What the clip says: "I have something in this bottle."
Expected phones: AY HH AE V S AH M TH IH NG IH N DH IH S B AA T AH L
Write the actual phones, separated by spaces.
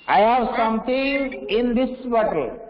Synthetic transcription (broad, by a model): AY HH AE V S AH M T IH NG IH N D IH S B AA T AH L